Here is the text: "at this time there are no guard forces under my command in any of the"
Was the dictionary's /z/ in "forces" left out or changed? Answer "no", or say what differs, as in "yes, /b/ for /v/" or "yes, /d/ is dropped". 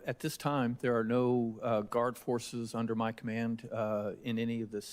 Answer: no